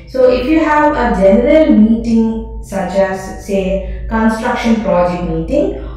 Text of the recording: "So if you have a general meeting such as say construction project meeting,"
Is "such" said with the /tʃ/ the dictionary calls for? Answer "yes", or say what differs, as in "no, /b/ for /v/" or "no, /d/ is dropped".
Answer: yes